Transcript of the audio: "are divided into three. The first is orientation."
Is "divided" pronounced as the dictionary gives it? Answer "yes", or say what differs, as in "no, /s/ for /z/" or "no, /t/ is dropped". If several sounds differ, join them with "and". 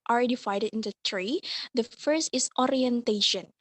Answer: no, /f/ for /v/